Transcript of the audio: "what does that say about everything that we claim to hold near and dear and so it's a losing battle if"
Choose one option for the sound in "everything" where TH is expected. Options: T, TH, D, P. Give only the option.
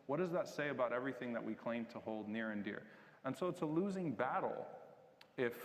TH